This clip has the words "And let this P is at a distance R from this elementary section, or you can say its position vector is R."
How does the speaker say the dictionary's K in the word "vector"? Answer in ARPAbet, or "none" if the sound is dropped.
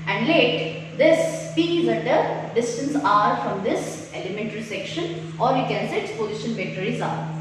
none